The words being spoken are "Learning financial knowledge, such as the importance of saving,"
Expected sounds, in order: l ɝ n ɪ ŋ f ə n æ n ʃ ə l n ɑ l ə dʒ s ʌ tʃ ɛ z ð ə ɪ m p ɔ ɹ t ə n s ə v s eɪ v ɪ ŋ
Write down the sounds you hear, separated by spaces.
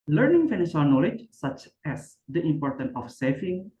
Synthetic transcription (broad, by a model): l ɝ n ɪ ŋ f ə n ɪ ʃ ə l n ɑ l ə dʒ s ʌ tʃ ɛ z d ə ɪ m p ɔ ɹ t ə n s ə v s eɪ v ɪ ŋ